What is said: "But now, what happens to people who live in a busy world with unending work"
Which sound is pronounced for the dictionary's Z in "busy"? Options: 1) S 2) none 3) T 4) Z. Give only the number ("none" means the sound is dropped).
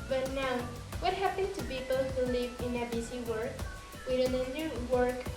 1